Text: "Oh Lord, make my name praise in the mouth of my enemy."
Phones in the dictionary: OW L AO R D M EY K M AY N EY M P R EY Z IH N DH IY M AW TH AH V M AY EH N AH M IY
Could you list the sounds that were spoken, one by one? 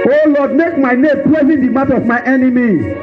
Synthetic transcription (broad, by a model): OW L AO D M EY K M AY N EY M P L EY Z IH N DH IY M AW T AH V M AY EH N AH M IY